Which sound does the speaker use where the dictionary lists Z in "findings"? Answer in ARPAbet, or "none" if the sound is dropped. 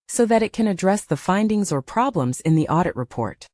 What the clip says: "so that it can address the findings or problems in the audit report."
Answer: Z